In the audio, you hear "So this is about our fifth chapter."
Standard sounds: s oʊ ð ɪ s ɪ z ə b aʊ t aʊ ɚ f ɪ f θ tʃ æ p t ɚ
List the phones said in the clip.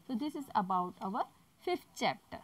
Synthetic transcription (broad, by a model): s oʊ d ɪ s ɪ z ə b aʊ t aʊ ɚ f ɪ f t tʃ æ p t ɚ